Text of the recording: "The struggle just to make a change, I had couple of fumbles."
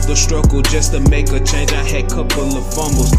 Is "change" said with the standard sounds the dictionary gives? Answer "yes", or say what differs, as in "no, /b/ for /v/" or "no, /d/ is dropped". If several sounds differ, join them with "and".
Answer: no, /dʒ/ is dropped